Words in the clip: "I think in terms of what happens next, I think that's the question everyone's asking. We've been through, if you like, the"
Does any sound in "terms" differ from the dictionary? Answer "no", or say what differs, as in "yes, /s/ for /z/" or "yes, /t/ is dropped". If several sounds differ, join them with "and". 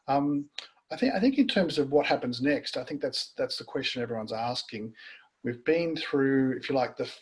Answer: no